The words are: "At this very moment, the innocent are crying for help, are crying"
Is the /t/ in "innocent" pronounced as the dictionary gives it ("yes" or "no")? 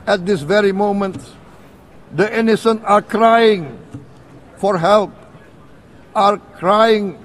no